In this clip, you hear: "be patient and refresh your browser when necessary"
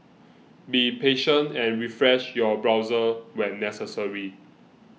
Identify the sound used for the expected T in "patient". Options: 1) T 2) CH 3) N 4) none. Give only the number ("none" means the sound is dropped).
1